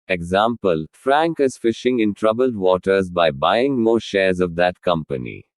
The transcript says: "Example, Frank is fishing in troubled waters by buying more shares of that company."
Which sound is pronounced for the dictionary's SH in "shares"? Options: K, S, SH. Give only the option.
SH